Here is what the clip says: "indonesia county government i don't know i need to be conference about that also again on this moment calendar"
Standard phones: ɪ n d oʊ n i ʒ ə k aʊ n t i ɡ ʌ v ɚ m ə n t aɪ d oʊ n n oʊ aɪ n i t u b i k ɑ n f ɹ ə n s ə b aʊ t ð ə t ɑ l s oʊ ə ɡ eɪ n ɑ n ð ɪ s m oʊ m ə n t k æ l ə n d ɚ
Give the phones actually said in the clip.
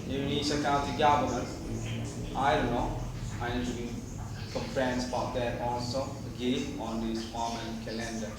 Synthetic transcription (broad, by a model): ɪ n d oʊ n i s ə k aʊ n t i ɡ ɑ b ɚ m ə t aɪ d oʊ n n oʊ aɪ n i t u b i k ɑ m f ɹ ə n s ə b aʊ t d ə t ɑ l s oʊ ə ɡ eɪ n ɑ n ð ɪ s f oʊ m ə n k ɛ l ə n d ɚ